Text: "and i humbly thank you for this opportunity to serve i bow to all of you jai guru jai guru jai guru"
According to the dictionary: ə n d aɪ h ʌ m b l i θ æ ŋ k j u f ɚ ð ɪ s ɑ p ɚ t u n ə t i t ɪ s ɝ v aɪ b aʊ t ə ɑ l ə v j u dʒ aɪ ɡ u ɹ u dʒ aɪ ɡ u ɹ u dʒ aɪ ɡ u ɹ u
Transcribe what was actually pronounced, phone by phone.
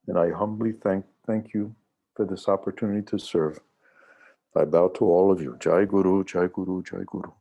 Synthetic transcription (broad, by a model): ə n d aɪ h ʌ m b l i θ æ ŋ k j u f ɚ ð ɪ s ɑ p ɚ t u n ə t i t ɪ s ɝ v aɪ b aʊ t ə ɑ l ə v j u dʒ aɪ ɡ u ɹ u dʒ aɪ ɡ u ɹ u dʒ aɪ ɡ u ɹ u